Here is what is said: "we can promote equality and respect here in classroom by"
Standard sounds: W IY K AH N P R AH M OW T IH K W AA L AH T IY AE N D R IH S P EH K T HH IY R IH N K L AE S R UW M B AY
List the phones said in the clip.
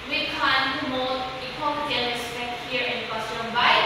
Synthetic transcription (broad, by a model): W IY K AH N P AH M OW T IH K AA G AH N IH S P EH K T HH IY R IH N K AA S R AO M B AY